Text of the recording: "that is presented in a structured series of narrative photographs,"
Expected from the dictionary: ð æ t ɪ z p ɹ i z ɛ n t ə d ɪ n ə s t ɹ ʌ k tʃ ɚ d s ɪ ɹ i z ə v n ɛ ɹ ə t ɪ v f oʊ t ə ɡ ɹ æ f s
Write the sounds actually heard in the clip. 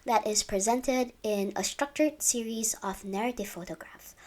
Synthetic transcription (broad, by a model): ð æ t ɪ z p ɹ i z ɛ n t ə d ɪ n ə s t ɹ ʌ k tʃ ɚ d s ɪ ɹ i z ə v n ɛ ɹ ə t ɪ v f oʊ t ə ɡ ɹ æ f